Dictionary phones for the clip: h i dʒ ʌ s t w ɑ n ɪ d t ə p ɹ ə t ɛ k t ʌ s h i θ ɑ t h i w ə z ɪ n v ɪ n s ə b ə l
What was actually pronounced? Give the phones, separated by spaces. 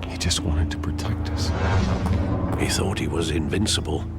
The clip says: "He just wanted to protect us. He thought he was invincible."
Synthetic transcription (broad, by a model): h i dʒ ʌ s t w ɑ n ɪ d t ə p ɹ ə t ɛ k t ʌ s h i θ ɑ t h i w ə z ɪ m v ɪ n s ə b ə l